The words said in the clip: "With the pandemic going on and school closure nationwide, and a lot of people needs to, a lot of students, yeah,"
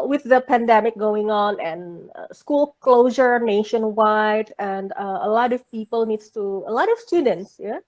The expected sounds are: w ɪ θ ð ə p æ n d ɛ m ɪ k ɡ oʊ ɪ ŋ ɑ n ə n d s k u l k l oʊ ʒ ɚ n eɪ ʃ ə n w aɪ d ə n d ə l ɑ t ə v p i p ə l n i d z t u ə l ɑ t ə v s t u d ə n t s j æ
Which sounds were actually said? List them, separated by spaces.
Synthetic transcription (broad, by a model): w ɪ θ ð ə p æ n d ɛ m ɪ k ɡ oʊ ɪ ŋ ɑ n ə n s k u l k l oʊ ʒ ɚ n eɪ ʃ ə n w aɪ d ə n d ə l ɑ t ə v p i p ə l n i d s t u ə l ɑ t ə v s t u d ə n t s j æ